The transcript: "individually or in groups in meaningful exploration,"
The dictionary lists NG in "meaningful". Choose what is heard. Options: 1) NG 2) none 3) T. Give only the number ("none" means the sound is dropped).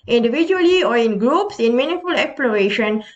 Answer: 2